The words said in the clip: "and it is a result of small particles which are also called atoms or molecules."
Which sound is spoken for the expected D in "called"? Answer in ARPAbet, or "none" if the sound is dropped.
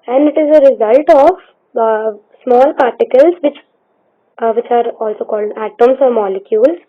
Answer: D